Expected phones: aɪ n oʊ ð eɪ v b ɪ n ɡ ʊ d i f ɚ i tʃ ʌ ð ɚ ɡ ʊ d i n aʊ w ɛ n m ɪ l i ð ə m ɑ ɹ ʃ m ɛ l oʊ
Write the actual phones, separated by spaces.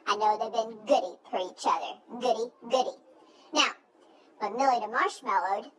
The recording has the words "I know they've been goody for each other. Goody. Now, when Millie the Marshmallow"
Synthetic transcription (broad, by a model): aɪ n oʊ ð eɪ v b ɪ n ɡ ʊ d i f ɚ i tʃ ʌ ð ɚ ɡ ʊ d i n aʊ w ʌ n m ɪ l i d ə m ɑ ɹ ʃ m ɛ l oʊ